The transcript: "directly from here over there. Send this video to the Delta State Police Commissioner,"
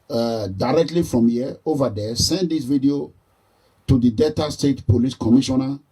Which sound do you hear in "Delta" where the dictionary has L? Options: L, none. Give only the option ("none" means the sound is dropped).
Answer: none